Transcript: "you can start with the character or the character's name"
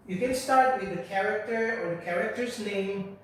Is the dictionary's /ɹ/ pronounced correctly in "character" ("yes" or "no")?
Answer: yes